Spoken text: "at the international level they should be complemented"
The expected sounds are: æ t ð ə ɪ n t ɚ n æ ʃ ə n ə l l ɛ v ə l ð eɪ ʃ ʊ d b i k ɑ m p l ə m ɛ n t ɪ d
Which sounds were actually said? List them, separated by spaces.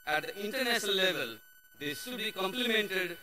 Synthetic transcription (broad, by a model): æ t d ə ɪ n t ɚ n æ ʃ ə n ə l l ɛ v ə l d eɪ s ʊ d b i k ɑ m p l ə m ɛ n t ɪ d